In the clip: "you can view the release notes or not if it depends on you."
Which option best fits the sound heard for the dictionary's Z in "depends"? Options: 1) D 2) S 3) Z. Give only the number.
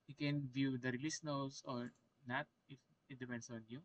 2